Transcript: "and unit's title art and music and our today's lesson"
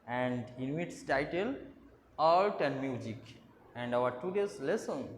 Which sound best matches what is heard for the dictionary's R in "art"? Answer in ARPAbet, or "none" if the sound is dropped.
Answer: L